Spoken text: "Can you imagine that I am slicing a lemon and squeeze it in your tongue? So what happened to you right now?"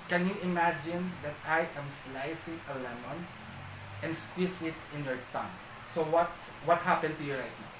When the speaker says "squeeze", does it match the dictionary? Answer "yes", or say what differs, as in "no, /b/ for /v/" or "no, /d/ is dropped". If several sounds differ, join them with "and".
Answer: no, /s/ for /z/